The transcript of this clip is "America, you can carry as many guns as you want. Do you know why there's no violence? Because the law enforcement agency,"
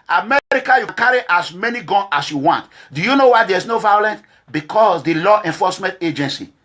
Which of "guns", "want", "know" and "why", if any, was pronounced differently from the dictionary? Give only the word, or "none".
guns